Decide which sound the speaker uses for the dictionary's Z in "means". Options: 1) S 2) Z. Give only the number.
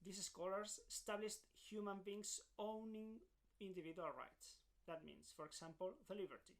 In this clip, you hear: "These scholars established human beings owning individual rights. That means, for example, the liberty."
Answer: 1